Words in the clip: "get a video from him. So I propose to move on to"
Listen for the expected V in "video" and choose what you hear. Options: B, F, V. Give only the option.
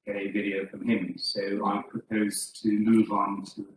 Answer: V